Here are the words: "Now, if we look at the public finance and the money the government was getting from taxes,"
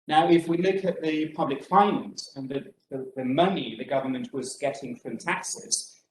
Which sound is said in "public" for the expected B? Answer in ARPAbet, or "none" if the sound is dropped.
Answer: B